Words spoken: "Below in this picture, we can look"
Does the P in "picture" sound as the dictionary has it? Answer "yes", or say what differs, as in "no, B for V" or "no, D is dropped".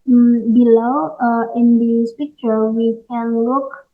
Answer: yes